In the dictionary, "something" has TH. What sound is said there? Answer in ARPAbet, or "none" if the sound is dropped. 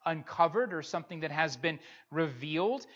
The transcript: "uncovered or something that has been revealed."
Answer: TH